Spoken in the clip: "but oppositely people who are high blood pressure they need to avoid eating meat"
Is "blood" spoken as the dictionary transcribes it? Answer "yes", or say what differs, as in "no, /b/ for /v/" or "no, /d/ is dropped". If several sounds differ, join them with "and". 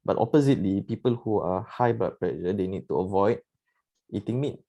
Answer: no, /l/ is dropped